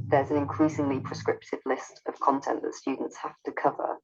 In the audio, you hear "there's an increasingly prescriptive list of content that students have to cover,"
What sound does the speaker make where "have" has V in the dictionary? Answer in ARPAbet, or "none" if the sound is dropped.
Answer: F